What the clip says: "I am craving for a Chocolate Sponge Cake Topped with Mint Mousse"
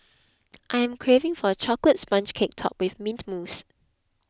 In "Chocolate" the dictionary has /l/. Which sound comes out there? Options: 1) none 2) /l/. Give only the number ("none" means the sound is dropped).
2